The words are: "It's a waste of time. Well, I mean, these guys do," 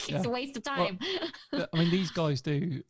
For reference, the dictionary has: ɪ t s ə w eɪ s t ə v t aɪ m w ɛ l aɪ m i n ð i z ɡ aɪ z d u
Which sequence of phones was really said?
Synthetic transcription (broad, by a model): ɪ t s ə w eɪ s t ə v t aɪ m aɪ m i n ð i z ɡ aɪ z d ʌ